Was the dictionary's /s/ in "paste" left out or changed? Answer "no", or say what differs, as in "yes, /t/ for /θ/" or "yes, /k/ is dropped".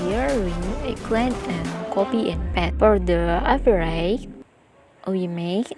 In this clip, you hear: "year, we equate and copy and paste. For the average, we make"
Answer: yes, /s/ is dropped